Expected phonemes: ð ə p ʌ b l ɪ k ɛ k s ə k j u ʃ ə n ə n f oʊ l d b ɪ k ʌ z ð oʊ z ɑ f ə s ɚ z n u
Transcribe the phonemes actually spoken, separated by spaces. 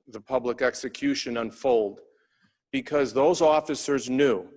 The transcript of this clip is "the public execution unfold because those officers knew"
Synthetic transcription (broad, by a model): ð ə p ʌ b l ɪ k ɛ k s ə k j u ʃ ə n ə n f oʊ l d b ɪ k ʌ z ð oʊ z ɑ f ə s ɚ z n u